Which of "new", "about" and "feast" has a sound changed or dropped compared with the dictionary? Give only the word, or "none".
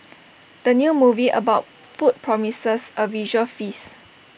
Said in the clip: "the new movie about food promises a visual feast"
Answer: feast